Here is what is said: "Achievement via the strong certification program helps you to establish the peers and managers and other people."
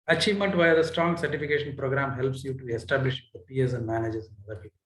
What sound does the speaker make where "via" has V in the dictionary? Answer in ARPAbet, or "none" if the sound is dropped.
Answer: V